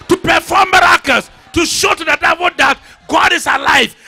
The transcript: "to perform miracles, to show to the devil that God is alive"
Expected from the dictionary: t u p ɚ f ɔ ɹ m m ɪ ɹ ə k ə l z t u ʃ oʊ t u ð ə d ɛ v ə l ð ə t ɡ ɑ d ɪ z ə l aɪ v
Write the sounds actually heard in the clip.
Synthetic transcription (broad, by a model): t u p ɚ f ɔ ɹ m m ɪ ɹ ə k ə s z t u ʃ oʊ t u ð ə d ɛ w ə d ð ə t ɡ ɑ d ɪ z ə l aɪ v